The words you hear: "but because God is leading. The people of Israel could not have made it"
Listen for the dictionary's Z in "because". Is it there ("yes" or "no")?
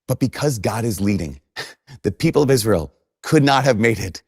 yes